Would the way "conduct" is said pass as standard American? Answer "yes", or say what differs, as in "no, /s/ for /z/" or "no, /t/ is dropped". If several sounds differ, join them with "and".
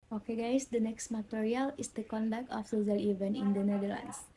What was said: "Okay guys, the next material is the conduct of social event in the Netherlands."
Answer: yes